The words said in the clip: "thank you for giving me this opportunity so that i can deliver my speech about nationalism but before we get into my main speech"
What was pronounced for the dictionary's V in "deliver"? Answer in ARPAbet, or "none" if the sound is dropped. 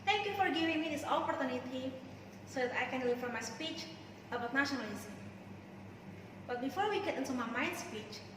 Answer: F